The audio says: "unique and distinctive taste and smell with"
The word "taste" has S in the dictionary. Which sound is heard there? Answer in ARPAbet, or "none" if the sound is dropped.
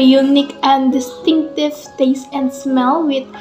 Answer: S